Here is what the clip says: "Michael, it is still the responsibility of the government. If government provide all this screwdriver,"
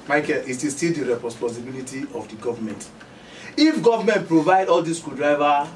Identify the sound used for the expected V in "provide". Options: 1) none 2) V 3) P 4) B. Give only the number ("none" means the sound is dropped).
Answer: 2